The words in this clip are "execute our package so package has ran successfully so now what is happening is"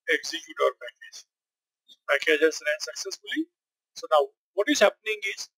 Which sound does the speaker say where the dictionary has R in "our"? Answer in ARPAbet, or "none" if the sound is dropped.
R